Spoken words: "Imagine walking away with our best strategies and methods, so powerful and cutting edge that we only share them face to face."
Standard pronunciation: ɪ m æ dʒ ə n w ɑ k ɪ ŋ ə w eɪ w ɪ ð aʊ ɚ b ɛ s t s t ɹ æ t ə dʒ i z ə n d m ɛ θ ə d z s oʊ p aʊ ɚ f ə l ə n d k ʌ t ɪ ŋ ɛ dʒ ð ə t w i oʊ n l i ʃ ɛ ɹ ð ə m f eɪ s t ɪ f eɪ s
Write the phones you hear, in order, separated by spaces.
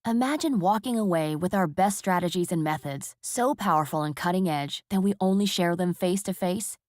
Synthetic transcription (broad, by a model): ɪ m æ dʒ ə n w ɑ k ɪ ŋ ə w eɪ w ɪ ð aʊ ɚ b ɛ s t s t ɹ æ t ə dʒ i z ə n m ɛ θ ə d z s oʊ p aʊ ɚ f l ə n k ʌ t ɪ ŋ ɛ dʒ ð ə t w i oʊ n l i ʃ ɛ ɹ ð ə m f eɪ s t ɪ f eɪ s